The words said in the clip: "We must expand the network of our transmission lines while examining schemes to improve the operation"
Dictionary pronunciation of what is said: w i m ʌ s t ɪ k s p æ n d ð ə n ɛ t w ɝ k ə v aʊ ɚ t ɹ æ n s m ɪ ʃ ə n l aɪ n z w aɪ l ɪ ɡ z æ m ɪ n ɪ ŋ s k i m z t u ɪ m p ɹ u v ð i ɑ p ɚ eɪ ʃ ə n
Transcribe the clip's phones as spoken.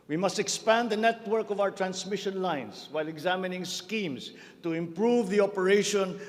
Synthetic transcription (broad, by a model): w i m ʌ s t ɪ k s p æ n d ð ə n ɛ t w ɝ k ə v aʊ ɚ t ɹ æ n s m ɪ ʃ ə n l aɪ n s w aɪ l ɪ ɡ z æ m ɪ n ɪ ŋ s k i m s t u ɪ m p ɹ u v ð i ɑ p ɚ eɪ ʃ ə n